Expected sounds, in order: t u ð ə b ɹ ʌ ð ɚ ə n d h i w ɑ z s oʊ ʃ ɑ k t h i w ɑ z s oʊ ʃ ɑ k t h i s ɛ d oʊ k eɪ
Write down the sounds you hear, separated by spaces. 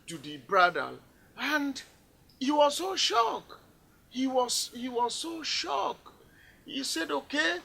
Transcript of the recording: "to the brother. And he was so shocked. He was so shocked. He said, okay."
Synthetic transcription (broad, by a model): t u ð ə b ɹ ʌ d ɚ ə n d h i w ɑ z s oʊ ʃ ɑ k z h i w ɑ z s oʊ ʃ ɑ k h i s ɛ d oʊ k eɪ